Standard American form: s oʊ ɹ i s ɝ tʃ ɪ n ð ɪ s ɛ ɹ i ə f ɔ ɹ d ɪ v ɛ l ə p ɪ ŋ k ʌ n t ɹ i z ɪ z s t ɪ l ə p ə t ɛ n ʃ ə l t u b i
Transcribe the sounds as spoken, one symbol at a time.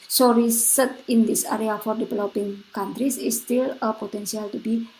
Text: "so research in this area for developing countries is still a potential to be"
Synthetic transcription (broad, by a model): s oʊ ɹ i s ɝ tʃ ɪ n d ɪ s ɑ ɹ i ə f ɔ ɹ d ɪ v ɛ l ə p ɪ ŋ k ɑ n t ɹ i s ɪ s t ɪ l ə p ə t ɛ n s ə l t u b i